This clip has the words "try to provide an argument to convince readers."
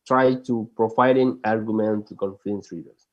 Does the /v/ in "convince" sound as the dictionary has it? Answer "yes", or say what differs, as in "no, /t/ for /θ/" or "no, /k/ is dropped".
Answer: no, /f/ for /v/